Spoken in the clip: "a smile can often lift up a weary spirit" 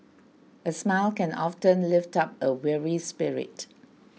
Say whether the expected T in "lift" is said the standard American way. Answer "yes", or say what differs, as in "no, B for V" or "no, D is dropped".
yes